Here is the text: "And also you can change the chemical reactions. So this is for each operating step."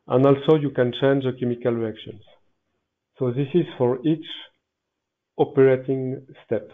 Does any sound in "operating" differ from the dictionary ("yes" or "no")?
no